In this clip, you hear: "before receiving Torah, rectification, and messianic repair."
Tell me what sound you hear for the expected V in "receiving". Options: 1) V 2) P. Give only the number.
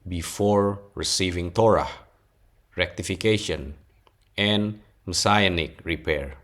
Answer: 1